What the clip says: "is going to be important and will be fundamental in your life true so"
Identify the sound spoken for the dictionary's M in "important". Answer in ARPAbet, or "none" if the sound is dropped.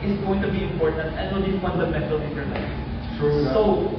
M